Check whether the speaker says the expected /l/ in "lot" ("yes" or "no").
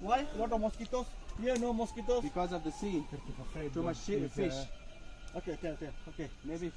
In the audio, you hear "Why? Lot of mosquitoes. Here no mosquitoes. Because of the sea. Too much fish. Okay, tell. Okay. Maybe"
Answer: no